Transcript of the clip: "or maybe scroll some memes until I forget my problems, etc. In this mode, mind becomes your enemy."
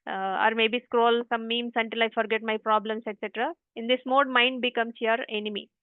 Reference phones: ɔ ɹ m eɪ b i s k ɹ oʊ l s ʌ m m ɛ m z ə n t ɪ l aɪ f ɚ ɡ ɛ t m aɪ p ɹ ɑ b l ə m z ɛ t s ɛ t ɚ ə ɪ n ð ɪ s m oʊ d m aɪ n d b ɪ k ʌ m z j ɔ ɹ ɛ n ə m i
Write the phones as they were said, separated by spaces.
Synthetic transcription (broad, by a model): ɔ ɹ m eɪ b i s k ɹ oʊ l s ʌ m m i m s ə n t ɪ l aɪ f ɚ ɡ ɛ t m aɪ p ɹ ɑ b l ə m s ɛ t s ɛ t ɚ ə ɪ n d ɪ s m oʊ d m aɪ n d b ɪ k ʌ m s j ɔ ɹ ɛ n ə m i